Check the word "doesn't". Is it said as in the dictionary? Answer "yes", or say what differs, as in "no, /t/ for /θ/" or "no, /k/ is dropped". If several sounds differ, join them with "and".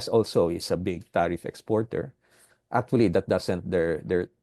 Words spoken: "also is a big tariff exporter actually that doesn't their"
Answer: no, /s/ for /z/